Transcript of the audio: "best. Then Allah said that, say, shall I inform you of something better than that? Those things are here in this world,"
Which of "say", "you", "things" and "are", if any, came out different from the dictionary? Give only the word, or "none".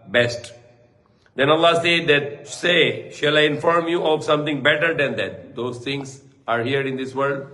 things